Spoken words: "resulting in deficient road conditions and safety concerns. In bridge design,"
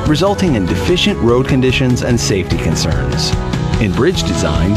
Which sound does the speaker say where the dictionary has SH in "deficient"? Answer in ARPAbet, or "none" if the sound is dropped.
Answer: SH